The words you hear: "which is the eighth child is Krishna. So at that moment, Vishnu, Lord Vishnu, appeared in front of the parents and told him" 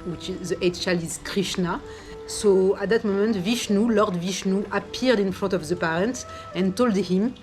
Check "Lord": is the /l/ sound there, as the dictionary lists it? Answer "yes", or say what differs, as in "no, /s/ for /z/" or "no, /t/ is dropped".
yes